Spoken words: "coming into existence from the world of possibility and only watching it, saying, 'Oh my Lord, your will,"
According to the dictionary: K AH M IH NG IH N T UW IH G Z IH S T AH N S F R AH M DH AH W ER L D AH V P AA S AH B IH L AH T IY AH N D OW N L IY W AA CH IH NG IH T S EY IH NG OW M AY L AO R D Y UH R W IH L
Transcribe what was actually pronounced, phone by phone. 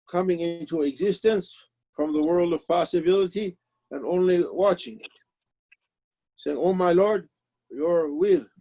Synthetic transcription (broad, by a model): K AH M IH NG IH N T UW IH G Z IH S T AH N S F R AH M DH AH W ER L D AH V P AA S AH B IH L AH T IY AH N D OW N L IY W AA CH IH NG IH T S EY IH NG OW M AY L AO R D Y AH R W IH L